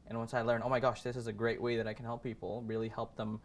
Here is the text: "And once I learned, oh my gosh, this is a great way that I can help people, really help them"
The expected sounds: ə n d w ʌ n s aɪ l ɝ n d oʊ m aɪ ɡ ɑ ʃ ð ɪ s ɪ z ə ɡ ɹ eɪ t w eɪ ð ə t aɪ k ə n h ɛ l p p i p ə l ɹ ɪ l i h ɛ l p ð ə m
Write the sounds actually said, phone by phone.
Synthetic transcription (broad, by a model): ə n w ʌ n s aɪ l ɝ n oʊ m aɪ ɡ ɑ ʃ ð ɪ s ɪ z ə ɡ ɹ eɪ t w eɪ ð ə t aɪ k n h ɛ l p p i p l ɹ ɪ l i h ɛ l p ð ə m